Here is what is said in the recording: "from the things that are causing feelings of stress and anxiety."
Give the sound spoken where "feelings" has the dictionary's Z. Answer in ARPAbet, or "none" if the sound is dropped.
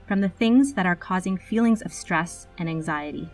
Z